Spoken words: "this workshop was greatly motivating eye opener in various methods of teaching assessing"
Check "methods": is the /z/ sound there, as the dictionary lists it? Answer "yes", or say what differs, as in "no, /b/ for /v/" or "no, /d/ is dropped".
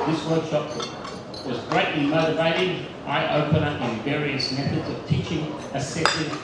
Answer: yes